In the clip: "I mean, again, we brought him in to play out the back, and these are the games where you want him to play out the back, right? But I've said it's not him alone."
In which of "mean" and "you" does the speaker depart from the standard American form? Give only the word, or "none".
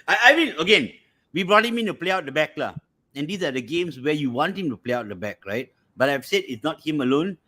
mean